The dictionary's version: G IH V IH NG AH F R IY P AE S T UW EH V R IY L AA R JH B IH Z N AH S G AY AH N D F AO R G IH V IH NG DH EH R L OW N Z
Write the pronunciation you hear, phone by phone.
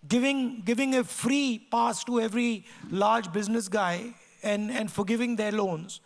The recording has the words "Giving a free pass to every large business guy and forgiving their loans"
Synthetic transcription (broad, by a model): G IH V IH NG AH F R IY P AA S T UW EH V R IY L AA R JH B IH Z N AH S G AY AH N D F AO R G IH V IH NG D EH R L OW N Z